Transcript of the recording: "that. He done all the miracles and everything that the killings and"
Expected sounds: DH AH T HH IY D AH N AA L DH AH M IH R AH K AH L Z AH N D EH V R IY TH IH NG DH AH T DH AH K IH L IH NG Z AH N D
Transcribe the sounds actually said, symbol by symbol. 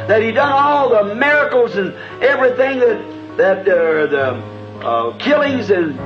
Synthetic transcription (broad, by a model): DH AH T HH IY D AH N AA L DH AH M IH R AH K L Z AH N EH V R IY TH IH NG DH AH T DH AH K IH L IH NG Z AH N